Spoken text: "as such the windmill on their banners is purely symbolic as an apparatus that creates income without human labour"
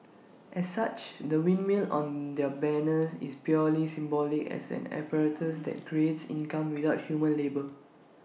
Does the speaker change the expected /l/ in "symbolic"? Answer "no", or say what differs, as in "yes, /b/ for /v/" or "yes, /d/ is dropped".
no